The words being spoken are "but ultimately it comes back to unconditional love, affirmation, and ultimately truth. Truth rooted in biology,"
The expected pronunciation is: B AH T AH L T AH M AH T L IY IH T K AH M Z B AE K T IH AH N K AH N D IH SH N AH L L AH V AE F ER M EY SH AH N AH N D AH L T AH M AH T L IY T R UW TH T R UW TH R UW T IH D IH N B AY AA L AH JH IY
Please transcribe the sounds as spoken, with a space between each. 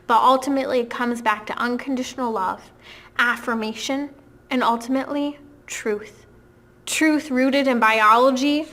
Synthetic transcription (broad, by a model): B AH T AH L T AH M AH T L IY IH T K AH M Z B AE K T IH AH N K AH N D IH SH N L L AH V AE F ER M EY SH AH N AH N AH L T AH M AH T L IY T R UW TH T R UW TH R UW T IH D IH N B AY AA L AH JH IY